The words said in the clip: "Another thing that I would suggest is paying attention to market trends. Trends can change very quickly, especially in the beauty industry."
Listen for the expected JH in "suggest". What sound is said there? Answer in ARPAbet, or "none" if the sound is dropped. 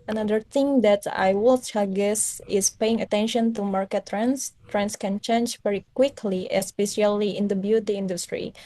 none